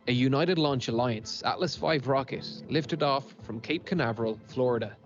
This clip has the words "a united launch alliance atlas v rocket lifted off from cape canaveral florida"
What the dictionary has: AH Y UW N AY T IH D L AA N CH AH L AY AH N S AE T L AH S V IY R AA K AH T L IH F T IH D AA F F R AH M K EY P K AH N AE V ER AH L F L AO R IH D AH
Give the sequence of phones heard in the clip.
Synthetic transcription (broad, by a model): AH Y UW N AY T IH D L AA N CH AH L AY AH N S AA T L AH S F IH R AA K AH T L IH F T IH D AA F F R AH M K EY P K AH N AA V ER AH L F L AO R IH D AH